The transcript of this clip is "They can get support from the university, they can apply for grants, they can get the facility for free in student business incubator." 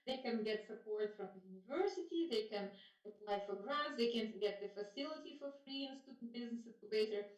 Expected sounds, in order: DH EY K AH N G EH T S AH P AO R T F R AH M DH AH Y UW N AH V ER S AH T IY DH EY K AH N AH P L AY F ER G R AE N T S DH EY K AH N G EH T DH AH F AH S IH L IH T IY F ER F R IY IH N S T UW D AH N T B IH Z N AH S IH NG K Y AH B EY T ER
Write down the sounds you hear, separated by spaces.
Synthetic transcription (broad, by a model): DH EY K AH N G EH T S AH P AO R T F R AH M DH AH Y UW N AH V ER S AH T IY DH EY K AH N AH P L AY F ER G R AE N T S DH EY K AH N G EH T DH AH F AH S IH L IH T IY F ER F R IY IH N S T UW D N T B IH Z N AH S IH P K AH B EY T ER